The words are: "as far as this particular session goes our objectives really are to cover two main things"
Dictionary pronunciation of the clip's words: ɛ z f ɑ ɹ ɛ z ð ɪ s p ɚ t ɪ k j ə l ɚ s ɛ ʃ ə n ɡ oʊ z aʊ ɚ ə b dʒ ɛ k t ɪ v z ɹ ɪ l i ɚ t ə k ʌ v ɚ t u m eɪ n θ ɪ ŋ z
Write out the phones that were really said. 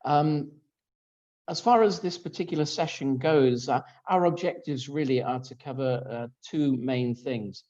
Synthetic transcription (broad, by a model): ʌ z f ɑ ɹ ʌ z ð ɪ s p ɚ t ɪ k j l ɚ s ɛ ʃ ə n ɡ oʊ z aʊ ɚ ə b dʒ ɛ k t ɪ v z ɹ ɪ l i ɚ t ə k ʌ v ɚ t u m eɪ n θ ɪ ŋ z